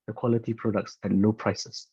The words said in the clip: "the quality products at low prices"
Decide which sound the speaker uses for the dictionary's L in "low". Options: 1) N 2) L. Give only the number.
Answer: 1